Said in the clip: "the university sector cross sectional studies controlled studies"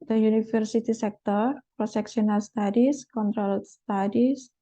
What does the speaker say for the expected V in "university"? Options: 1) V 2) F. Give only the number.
2